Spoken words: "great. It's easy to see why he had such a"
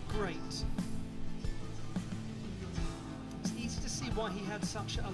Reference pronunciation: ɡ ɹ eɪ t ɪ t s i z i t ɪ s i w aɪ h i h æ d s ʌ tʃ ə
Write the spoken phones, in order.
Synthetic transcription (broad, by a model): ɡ ɹ eɪ t ɪ t s i z i t ɪ s i w aɪ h i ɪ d s ʌ tʃ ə